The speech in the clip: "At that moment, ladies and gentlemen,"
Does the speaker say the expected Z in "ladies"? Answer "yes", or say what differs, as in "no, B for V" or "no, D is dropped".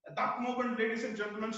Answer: no, S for Z